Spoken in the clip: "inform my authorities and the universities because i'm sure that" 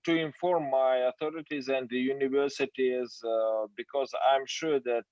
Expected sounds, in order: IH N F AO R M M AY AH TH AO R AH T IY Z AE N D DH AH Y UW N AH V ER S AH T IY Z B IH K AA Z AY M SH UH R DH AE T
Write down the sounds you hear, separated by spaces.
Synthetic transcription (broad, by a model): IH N F AO R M M AY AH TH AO R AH T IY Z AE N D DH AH Y UW N AH V ER S AH T IY Z B IH K AA Z AY M SH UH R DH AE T